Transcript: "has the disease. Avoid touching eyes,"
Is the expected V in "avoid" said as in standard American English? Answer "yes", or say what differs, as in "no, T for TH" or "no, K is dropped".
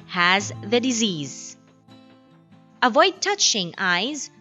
yes